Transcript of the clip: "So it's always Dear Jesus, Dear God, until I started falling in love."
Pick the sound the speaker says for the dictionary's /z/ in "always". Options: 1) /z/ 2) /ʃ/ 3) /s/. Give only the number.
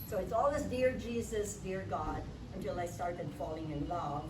3